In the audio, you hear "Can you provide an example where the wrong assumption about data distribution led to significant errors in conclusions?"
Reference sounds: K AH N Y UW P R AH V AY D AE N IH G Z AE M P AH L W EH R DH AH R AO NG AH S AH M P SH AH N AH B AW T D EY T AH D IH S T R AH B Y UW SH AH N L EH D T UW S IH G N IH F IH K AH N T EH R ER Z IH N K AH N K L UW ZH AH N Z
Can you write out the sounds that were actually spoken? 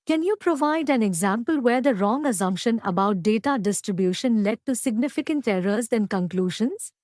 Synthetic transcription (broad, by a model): K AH N Y UW P R AH V AY D AE N IH G Z AE M P AH L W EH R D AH R AO NG AH S AH M P SH AH N AH B AW T D EY T AH D IH S T R AH B Y UW SH AH N L EH D T UW S IH G N IH F IH K AH N T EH R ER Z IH N K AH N K L UW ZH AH N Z